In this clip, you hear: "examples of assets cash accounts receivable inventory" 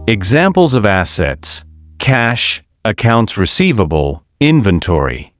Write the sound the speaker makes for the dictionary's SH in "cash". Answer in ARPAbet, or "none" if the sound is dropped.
SH